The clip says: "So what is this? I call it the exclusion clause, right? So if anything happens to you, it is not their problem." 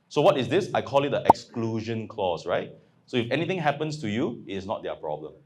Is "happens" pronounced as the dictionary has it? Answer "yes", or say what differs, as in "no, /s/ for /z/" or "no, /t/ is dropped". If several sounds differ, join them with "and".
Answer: no, /s/ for /z/